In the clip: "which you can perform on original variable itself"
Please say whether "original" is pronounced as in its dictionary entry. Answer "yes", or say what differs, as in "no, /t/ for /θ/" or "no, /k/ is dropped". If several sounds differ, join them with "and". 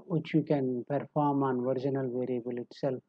yes